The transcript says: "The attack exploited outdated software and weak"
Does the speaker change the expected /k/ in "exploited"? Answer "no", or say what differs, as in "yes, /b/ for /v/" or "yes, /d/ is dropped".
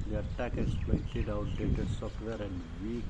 yes, /k/ is dropped